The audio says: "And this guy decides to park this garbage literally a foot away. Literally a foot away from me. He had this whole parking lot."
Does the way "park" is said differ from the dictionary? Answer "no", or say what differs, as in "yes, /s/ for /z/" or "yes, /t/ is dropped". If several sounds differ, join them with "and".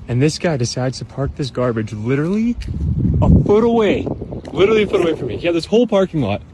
no